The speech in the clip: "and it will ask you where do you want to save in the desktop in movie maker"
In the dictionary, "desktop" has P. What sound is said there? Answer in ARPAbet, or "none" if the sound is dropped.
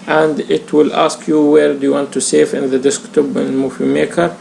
B